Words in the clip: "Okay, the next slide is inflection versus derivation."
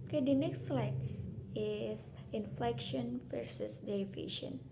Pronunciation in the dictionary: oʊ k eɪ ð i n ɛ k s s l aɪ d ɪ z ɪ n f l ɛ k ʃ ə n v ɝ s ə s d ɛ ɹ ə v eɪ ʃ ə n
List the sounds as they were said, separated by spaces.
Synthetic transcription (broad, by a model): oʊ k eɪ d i n ɛ k s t l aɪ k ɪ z ɪ n f l ɛ k ʃ ə n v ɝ s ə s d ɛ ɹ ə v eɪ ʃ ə n